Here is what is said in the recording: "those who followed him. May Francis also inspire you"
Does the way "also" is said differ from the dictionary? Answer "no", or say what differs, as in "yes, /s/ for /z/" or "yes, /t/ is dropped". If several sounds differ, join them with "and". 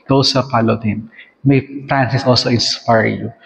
no